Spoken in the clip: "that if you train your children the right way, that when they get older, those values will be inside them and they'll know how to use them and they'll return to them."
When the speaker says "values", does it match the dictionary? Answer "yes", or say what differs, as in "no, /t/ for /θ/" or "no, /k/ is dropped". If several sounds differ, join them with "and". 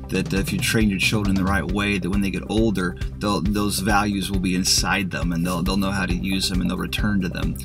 yes